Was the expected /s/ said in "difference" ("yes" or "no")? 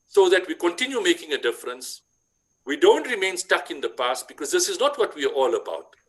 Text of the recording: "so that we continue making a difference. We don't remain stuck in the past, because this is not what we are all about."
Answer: yes